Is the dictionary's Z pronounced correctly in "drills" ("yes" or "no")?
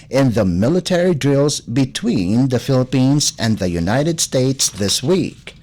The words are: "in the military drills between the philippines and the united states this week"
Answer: yes